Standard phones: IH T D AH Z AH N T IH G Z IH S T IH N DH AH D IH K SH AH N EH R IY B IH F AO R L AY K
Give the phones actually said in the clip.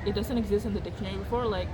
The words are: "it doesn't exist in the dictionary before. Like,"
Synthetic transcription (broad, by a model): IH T D AH Z AH N T IH G Z IH S T IH N DH AH D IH K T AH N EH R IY B IH F AO R L AY K